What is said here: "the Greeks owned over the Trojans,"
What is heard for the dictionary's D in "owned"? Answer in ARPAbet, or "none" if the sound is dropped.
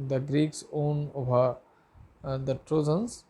none